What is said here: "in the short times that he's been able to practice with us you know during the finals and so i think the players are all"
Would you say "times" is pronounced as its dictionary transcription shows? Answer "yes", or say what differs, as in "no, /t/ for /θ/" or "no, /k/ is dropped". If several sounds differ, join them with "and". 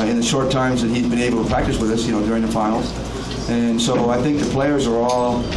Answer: yes